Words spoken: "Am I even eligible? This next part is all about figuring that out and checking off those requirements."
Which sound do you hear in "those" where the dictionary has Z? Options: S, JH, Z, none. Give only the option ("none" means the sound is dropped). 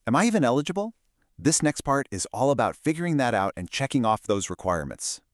Z